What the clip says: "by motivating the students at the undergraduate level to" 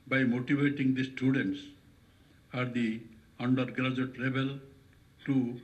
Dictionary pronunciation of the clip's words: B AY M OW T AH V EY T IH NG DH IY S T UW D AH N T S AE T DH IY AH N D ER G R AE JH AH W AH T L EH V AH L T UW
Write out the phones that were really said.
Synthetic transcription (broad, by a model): B AY M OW T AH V EY T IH NG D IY S T UW D AH N T S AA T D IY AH N D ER G R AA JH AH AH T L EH B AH L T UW